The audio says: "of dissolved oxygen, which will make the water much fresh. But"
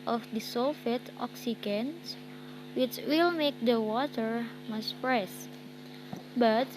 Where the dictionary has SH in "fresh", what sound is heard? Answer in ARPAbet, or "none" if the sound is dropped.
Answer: S